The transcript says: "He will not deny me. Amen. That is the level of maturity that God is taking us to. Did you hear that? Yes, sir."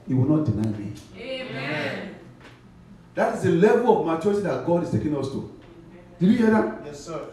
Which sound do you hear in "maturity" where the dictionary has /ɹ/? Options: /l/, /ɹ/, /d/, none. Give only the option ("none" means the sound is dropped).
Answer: none